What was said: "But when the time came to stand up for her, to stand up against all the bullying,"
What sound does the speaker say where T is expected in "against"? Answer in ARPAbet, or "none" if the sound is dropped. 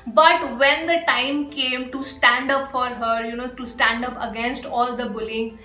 T